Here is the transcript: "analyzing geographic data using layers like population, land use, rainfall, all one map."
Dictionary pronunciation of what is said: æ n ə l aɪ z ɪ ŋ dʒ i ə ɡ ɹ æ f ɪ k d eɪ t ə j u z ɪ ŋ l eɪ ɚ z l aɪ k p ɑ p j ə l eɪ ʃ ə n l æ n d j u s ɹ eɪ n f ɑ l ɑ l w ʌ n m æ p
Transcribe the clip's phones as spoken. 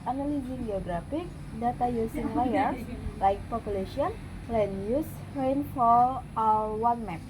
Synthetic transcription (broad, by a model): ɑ n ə l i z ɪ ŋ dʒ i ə ɡ ɹ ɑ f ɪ k d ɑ t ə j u s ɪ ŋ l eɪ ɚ s l aɪ k p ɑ p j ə l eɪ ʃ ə n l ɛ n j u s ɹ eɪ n f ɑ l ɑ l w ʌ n m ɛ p